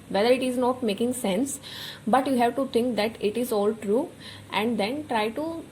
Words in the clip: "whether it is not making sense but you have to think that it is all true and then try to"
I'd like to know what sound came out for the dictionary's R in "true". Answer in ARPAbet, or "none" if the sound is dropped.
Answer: R